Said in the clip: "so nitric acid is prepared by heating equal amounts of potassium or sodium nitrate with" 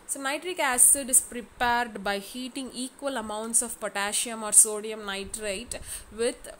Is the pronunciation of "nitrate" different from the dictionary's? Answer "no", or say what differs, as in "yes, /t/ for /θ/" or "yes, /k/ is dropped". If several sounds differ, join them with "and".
no